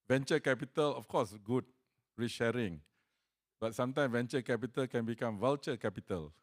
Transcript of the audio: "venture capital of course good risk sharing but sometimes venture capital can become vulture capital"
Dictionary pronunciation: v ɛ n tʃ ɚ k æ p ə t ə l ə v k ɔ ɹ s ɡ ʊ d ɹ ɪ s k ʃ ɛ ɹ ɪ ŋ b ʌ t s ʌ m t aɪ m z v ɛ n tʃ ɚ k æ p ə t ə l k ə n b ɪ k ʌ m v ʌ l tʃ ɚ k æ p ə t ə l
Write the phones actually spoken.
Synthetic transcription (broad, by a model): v ɛ n tʃ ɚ k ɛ p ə t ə l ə f k ɔ s ɡ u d ɹ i ʃ ɛ ɹ ɪ ŋ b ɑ t s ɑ m t aɪ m v ɛ n tʃ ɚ k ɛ p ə t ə l k ə n b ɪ k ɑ m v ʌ l tʃ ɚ k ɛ p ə t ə l